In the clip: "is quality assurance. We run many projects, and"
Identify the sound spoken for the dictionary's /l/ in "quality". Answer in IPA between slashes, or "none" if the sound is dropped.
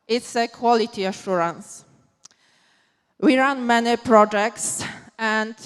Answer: /l/